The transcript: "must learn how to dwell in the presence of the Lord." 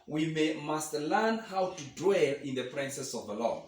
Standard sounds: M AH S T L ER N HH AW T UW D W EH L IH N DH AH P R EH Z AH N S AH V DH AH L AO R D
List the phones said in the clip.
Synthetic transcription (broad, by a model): M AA S T L ER N HH AW T UW D W EH L IH N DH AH P R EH S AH S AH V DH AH L AO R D